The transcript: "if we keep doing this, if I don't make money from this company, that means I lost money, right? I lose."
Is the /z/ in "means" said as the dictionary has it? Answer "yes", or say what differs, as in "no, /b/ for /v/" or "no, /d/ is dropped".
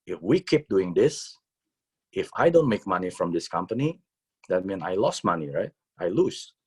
no, /z/ is dropped